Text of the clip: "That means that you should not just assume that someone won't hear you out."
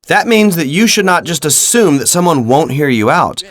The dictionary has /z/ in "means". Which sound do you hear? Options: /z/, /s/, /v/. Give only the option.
/z/